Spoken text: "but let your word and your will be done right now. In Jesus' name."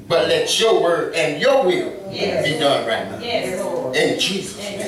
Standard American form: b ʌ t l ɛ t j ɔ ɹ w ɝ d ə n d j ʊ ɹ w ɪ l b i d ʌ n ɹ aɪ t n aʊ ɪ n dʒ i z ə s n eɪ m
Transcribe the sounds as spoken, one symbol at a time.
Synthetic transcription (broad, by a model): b ʌ t l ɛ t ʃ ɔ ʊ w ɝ ə n j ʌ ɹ w ɪ l b i d ʌ n ɹ aɪ t n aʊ ɪ n dʒ i z ə s